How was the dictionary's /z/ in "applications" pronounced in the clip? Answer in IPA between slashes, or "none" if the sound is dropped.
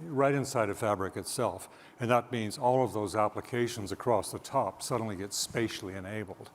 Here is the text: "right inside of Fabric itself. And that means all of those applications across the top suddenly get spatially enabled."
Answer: /z/